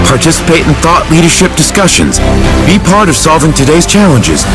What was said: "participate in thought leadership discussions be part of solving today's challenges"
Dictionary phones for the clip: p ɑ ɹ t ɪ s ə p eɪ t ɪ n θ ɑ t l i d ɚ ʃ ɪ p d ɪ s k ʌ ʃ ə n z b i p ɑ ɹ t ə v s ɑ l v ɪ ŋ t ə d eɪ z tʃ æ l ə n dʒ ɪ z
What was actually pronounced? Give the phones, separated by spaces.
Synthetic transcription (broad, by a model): p ɑ ɹ t ɪ s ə p eɪ t n θ ɑ t l i d ɚ ʃ ɪ p d ɪ s k ʌ ʃ ə n z b i p ɑ ɹ t ə v s ɑ l v ɪ ŋ t ə d eɪ z tʃ æ l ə n dʒ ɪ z